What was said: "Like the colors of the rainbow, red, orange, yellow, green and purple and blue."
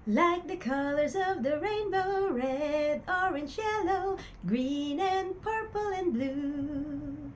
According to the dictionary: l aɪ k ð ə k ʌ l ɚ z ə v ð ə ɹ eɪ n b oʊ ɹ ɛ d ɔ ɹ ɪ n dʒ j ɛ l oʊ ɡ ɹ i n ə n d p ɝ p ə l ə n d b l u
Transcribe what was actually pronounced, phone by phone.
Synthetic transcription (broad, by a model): l aɪ k ð ə k ʌ l ɚ z ə v ð ə ɹ eɪ n b oʊ ɹ ɛ d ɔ ɹ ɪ n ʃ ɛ l oʊ ɡ ɹ i n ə n p ɝ p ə l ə n b l u